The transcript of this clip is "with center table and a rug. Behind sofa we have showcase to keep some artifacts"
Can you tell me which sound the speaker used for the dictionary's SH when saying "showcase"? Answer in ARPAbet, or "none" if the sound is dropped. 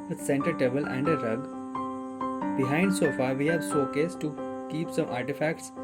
S